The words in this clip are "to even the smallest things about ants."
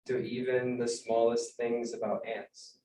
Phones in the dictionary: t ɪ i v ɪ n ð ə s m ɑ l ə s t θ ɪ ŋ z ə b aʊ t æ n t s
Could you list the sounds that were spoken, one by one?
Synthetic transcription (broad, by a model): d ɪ i v ɪ n ð ə s m ɑ l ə s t θ ɪ ŋ z ə b aʊ t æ n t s